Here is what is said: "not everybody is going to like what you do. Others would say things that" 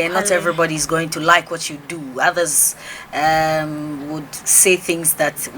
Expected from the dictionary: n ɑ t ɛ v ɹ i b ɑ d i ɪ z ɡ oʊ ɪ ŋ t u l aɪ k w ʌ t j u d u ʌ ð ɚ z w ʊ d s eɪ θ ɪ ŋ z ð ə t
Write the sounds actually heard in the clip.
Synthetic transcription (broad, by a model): n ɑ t ɛ v ɹ i b ɑ d i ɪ z ɡ oʊ ɪ ŋ t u l aɪ k w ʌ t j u d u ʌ ð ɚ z w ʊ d s eɪ θ ɪ ŋ z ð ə t